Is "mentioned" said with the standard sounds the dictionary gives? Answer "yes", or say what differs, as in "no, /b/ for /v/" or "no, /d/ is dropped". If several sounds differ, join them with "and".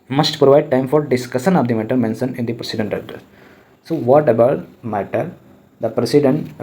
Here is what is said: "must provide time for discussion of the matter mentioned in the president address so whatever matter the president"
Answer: no, /d/ is dropped